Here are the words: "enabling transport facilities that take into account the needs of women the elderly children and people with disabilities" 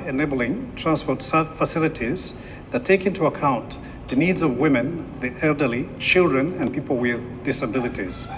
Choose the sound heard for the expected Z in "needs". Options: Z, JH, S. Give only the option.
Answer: Z